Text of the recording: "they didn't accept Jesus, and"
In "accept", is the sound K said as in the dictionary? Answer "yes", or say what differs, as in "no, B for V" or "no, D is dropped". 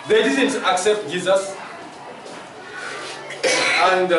yes